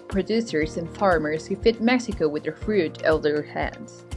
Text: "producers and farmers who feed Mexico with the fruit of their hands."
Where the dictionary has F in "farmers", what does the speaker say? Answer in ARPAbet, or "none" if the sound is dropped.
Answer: F